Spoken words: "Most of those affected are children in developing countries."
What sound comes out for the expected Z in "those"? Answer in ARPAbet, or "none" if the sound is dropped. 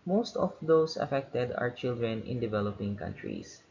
S